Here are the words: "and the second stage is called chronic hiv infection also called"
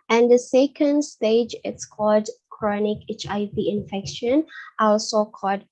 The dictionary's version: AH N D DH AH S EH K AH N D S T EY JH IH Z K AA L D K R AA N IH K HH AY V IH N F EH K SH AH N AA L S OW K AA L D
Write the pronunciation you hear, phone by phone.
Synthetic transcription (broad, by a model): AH N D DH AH S EH K AH N D S T EY JH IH S K AA L D K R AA N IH K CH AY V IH N F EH K SH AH N AA L S OW K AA L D